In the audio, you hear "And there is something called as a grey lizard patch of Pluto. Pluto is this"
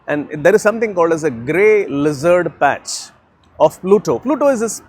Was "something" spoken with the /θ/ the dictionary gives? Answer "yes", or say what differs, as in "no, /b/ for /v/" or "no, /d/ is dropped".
no, /t/ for /θ/